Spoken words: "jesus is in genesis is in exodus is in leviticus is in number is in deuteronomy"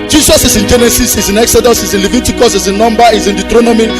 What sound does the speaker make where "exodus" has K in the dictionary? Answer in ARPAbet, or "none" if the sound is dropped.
K